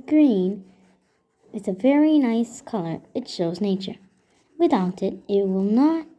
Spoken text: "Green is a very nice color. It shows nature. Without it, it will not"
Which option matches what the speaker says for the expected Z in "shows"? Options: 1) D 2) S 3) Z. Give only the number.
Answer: 3